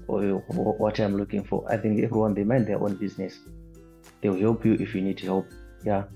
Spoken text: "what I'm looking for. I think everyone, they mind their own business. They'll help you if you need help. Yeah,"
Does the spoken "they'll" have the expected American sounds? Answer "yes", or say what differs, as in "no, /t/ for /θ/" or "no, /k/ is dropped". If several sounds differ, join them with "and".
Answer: no, /w/ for /l/